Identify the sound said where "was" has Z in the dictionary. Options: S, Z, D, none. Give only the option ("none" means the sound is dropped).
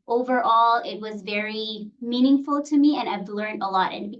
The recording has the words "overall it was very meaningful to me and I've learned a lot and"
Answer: Z